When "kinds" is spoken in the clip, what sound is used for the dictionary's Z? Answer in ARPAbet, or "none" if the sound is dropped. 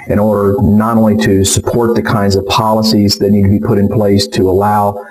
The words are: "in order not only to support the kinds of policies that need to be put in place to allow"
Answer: Z